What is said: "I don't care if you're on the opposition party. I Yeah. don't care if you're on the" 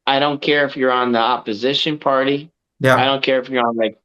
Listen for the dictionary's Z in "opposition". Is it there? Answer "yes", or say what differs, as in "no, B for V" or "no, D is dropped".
yes